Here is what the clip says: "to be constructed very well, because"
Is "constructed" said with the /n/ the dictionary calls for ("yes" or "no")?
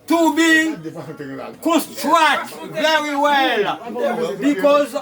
no